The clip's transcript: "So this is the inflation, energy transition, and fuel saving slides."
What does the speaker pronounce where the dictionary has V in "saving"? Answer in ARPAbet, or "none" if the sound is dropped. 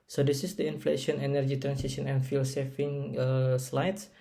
F